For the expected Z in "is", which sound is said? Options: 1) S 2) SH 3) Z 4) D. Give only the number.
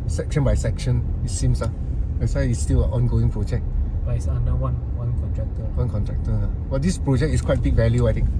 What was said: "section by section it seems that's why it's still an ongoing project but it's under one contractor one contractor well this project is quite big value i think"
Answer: 1